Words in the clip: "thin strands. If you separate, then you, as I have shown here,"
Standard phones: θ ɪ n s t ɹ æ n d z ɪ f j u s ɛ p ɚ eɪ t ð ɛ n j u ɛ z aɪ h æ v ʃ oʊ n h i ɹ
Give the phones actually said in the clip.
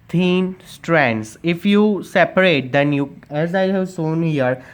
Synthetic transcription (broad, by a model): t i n s t ɹ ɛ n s ɪ f j u s ɛ p ɚ eɪ t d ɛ n j u ɛ z aɪ h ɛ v s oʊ n h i ɹ